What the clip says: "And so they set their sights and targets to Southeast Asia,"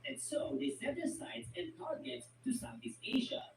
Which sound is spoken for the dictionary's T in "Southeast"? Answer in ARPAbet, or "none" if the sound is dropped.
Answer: none